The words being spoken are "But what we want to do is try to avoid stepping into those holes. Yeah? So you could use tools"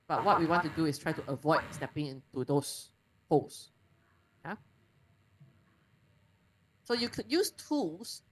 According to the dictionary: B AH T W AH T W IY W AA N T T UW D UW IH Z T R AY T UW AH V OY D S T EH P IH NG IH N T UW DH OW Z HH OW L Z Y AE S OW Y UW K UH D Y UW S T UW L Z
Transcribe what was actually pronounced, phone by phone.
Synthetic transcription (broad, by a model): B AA T W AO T W IY W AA N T T UW D UW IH S T R AY T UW AH V OY D S T EH P IH NG IH N T UW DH OW S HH OW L S Y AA S OW Y UW K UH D Y UW S T UW L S